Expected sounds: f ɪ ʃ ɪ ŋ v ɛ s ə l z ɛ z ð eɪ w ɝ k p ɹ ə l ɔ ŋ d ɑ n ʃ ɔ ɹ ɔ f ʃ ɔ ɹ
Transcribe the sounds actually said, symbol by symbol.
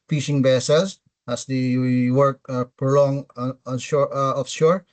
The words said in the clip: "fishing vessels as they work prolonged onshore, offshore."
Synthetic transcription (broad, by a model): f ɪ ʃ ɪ ŋ b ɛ s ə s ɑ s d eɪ w ɝ k p ɹ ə l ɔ ŋ ɑ n ʃ ɔ ɹ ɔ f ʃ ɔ ɹ